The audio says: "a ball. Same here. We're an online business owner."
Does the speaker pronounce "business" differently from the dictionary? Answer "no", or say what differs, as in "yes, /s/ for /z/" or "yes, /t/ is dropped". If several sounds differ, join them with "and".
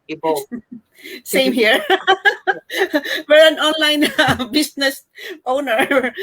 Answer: yes, /s/ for /z/